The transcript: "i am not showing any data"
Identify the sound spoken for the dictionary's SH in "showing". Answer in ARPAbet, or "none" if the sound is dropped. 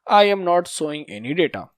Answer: S